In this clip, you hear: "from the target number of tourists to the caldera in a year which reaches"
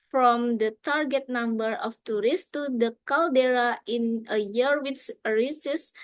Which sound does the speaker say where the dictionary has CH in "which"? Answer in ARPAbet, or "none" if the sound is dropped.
S